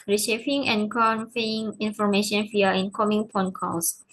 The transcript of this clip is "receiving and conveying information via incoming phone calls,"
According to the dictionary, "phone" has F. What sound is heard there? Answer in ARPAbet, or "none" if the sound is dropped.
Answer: P